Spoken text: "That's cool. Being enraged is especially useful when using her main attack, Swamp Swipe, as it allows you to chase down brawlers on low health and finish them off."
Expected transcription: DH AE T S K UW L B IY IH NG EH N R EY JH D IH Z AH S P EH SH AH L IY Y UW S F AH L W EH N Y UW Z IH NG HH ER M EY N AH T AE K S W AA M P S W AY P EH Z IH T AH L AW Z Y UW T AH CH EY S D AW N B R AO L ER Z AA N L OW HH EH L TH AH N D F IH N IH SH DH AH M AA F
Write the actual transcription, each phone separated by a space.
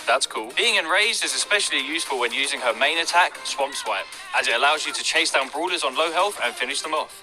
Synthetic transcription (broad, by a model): DH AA T S K UW L B IY IH NG EH N R EY JH D IH Z AH S P EH SH AH L IY Y UW S F AH L W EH N Y UW Z IH NG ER M EY N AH T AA K S W AA M P S W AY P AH Z IH T AH L AW Z Y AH T AH CH EY S D AW N B R AO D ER Z N L OW HH EH L TH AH N F IH N IH SH DH AH M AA